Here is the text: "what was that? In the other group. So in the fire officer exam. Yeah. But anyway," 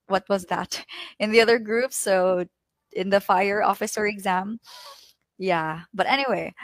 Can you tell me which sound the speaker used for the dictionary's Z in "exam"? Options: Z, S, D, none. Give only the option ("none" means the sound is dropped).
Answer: Z